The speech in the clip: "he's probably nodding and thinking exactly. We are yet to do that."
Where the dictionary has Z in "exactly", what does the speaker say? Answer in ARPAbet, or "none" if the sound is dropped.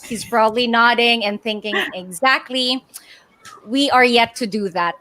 Z